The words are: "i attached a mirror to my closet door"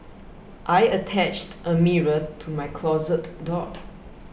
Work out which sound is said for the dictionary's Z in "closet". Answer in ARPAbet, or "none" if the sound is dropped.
Z